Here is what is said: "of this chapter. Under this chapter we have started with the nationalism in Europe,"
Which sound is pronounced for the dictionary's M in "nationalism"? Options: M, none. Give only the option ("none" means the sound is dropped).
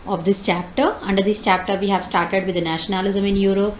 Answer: M